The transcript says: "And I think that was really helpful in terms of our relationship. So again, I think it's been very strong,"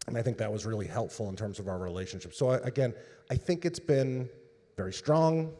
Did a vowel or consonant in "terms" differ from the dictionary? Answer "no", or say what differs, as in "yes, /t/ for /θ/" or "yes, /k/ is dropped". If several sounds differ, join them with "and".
no